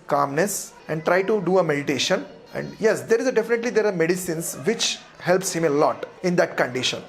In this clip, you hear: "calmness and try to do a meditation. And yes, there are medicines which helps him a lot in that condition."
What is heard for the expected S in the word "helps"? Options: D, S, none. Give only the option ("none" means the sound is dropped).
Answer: S